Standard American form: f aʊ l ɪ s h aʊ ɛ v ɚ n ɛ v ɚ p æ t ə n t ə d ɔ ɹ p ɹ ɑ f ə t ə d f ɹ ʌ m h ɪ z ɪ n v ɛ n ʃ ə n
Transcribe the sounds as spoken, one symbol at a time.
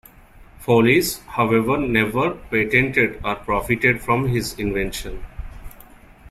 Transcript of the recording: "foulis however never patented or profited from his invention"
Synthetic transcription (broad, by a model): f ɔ l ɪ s h aʊ ɛ v ɚ n ɛ v ɚ p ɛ t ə n t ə d ɔ ɹ p ɹ ɑ f ə t ə d f ɹ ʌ m h ɪ z ɪ n v ɛ n ʃ ə n